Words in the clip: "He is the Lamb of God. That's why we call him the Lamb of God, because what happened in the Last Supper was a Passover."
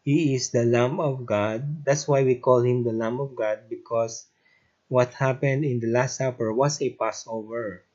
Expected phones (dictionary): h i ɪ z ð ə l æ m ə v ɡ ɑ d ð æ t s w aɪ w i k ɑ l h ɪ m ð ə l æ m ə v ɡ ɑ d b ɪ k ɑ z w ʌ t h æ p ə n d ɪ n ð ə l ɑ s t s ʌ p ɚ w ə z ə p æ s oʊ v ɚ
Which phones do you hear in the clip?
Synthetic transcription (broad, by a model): h i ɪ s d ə l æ m ə v ɡ ɑ d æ t s w aɪ w i k ɑ l h ɪ m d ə l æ m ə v ɡ ɑ d b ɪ k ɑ s w ʌ t h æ p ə n d ɪ n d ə l ɑ s t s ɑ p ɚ w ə s ə p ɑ s oʊ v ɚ